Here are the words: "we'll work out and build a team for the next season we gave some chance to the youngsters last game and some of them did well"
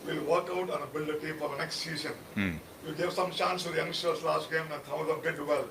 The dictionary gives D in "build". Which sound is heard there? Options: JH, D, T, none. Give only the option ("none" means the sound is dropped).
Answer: none